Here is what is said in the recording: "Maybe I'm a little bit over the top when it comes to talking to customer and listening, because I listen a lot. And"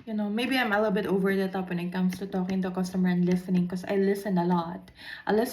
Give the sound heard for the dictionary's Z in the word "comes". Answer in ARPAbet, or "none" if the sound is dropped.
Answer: S